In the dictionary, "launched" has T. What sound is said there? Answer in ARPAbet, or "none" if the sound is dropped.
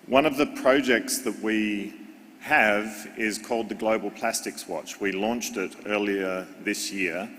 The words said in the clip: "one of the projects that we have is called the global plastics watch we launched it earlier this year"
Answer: T